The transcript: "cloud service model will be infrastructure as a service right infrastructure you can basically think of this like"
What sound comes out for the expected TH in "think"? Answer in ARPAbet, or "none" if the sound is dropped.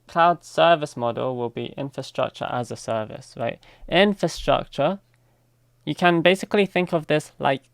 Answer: TH